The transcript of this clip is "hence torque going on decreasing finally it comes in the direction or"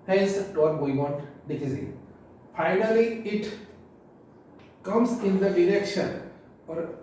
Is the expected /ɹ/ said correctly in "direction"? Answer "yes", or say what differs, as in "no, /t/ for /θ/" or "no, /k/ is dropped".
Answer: yes